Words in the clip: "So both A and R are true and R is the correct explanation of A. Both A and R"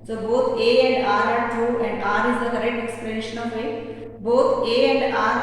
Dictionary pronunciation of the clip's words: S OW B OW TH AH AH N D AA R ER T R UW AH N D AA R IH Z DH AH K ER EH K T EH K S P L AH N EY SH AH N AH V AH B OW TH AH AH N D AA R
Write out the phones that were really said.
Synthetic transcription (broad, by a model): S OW B OW T AH AH N D AA R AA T UW AH N D AA R IH Z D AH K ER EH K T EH K S P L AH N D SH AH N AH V AH B OW T AH AH N D AA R